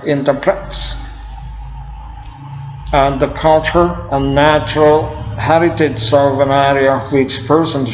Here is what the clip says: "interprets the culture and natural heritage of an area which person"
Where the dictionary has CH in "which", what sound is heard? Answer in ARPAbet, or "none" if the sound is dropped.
S